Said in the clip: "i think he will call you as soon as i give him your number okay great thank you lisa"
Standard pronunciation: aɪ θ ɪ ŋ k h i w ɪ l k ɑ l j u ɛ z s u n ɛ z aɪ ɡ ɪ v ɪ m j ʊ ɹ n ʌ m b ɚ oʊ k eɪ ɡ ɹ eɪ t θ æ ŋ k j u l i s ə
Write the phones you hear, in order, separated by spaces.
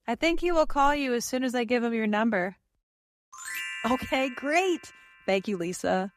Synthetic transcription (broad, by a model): aɪ θ ɪ ŋ k h i w ɪ l k ɑ l j u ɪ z s u n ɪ z aɪ ɡ ɪ v ɪ m j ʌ ɹ n ʌ m b ɚ oʊ k eɪ ɡ ɹ eɪ t θ æ ŋ k j u l i s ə